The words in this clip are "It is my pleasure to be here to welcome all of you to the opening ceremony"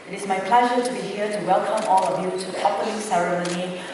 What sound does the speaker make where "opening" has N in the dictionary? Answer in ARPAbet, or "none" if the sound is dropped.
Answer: L